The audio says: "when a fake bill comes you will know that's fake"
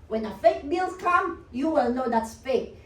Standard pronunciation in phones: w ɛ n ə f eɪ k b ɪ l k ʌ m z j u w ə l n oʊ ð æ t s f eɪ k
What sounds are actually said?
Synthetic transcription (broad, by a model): w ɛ n ə f eɪ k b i l k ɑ m j u w ə l n oʊ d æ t s f eɪ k